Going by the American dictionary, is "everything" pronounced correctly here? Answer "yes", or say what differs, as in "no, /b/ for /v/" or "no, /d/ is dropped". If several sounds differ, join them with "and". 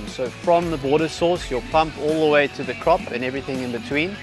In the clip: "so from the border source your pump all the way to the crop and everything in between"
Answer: yes